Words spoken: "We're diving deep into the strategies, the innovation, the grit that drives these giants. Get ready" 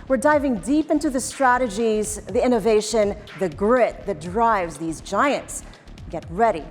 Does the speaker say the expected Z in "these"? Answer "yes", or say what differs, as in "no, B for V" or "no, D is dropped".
yes